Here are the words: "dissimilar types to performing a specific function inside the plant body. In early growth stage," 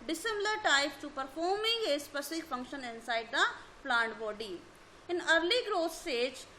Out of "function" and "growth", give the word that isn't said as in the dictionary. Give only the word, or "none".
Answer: growth